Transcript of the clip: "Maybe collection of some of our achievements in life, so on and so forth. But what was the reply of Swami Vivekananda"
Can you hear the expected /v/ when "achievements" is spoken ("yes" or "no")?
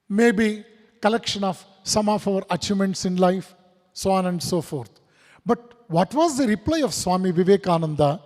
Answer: no